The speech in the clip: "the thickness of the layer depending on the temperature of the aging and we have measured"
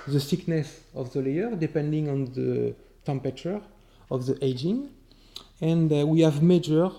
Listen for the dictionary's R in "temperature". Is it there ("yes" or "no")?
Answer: no